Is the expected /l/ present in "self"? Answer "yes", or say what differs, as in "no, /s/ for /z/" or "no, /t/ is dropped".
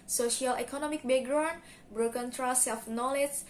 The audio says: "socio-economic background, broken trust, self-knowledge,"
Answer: no, /l/ is dropped